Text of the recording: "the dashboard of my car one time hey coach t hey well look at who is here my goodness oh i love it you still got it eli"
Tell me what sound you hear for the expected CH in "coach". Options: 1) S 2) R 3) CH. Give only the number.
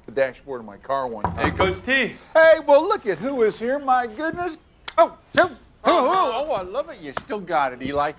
1